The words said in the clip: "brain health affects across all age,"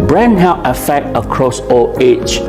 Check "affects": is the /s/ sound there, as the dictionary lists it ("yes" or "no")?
no